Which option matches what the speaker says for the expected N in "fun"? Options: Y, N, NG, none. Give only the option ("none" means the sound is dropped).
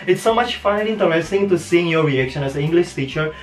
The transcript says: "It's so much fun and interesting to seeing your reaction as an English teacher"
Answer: none